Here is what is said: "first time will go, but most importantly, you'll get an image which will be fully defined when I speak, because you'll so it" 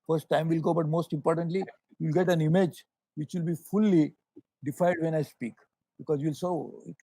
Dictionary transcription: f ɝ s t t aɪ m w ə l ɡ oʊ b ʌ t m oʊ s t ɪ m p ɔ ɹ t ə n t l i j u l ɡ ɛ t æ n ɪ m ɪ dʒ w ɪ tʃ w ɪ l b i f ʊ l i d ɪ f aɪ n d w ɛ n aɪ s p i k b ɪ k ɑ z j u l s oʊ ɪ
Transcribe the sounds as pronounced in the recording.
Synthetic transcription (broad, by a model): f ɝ s t t aɪ m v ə l ɡ oʊ b ʌ t m oʊ s t ɪ m p ɔ ɹ t ə n t l i j u l ɡ ɛ t æ n ɪ m ɪ dʒ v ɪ tʃ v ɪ l b i f ʊ l i d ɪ f aɪ d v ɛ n aɪ s p i k b ɪ k ɑ z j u l s oʊ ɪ